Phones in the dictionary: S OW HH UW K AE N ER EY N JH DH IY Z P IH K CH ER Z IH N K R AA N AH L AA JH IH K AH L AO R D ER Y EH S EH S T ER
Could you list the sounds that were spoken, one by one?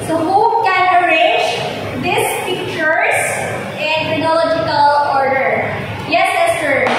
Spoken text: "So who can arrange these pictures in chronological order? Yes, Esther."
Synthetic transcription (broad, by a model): S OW HH UW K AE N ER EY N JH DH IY S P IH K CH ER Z IH N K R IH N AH L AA JH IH K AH L AO R D ER Y EH S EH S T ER